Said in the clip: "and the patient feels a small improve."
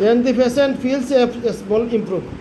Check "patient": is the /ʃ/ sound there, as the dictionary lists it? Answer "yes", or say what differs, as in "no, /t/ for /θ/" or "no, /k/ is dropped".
no, /s/ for /ʃ/